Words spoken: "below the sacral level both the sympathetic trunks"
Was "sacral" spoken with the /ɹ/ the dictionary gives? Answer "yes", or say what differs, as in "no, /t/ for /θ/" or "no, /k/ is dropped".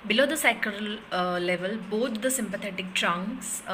no, /ɹ/ is dropped